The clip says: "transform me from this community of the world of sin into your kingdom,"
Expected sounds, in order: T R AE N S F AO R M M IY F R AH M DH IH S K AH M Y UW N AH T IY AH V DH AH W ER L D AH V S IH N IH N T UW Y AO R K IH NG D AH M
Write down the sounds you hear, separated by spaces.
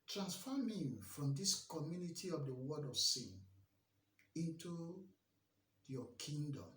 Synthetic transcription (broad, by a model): T R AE N S F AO M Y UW F R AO M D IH S K AH M Y UW N AH T IY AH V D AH W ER D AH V S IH N IH N T UW Y AO K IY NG D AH M